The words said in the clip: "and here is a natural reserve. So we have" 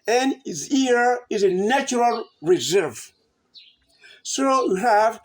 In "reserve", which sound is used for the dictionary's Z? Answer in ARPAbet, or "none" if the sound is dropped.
Z